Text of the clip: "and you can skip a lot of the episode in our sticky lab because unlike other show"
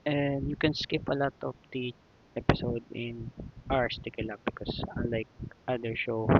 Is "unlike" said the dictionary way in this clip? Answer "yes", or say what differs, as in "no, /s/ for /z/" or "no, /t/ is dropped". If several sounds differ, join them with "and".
no, /n/ is dropped